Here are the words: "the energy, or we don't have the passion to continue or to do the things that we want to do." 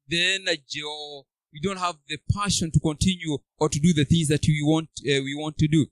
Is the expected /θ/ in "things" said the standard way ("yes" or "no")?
yes